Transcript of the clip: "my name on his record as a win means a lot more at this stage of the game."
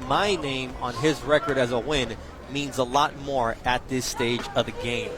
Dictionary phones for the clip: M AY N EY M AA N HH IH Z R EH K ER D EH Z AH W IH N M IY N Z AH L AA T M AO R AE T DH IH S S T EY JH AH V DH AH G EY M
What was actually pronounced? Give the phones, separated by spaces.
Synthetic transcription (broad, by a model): M AY N EY M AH N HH IH Z R EH K ER D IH Z AH W IH N M IY N Z AH L AA T M AO R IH T DH IH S S T EY JH AH V DH AH G EY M